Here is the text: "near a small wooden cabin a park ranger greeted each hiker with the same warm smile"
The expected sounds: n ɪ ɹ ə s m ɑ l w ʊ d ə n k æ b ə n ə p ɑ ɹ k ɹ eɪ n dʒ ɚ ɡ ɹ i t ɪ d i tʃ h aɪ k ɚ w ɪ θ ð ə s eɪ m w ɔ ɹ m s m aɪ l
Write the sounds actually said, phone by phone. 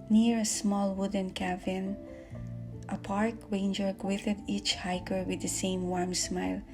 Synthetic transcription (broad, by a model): n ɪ ɹ ə s m ɑ l w ʊ d ə n k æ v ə n ə p ɑ ɹ k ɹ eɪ n dʒ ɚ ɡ w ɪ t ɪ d i tʃ h aɪ k ɚ w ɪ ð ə s eɪ m w ɔ ɹ m s m aɪ l